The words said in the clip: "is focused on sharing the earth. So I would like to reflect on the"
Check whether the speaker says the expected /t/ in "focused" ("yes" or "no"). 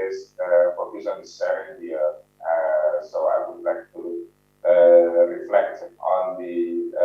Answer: no